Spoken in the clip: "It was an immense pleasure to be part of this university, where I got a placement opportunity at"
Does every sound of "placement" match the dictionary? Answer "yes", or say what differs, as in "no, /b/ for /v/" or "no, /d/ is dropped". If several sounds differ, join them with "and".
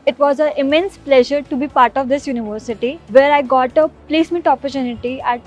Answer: no, /n/ is dropped